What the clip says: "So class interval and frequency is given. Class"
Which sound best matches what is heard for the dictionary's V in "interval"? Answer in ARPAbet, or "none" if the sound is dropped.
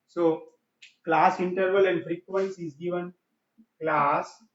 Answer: V